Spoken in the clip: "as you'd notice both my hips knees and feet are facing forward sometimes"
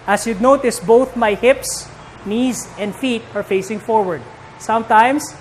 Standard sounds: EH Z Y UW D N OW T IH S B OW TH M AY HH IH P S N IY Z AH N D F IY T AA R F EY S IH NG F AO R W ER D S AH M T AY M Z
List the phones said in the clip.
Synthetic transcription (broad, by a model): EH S Y UW D N OW T IH S B OW TH M AY HH IH P S N IY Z AH N D F IY T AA R F EY S IH NG F AO R W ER D S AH M T AY M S